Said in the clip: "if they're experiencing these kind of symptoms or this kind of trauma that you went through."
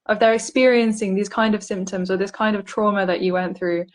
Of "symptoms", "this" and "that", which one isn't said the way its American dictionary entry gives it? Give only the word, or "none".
none